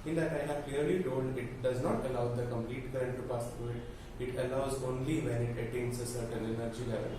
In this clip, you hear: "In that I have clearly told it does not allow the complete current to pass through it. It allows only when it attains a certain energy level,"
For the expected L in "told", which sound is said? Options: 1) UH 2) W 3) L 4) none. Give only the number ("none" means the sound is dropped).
4